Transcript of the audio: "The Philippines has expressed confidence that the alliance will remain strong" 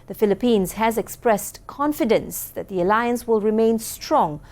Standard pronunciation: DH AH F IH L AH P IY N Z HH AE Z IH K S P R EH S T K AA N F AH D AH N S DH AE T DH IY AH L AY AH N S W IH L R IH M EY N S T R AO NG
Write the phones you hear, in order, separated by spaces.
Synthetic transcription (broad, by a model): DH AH F IH L AH P IY N Z HH AE Z IH K S P R EH S T K AA N F AH D AH N S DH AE T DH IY AH L AY AH N S W IH L R IH M EY N S T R AO NG